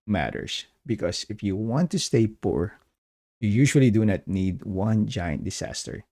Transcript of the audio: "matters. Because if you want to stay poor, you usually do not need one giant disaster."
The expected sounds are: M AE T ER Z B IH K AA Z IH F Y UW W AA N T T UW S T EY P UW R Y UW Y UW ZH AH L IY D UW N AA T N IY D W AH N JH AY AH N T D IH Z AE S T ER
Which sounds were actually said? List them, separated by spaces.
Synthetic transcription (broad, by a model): M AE T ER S B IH K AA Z IH F Y UW W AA N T T UW S T EY P UW R Y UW Y UW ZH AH L IY D UW N AA T N IY D W AH N JH AY AH N T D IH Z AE S T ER